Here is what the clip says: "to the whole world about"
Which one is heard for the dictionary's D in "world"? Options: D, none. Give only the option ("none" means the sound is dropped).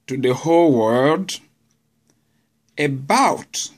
D